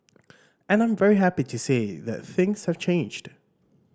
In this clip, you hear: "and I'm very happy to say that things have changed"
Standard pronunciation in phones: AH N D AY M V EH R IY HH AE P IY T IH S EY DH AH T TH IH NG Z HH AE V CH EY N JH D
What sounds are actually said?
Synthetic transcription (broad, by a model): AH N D AY M V EH R IY HH AE P IY T IH S EY DH AH T TH IH NG Z HH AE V CH EY N JH D